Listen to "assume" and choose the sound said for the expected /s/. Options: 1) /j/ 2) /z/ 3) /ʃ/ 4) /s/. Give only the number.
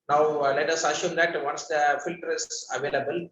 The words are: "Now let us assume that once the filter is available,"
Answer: 3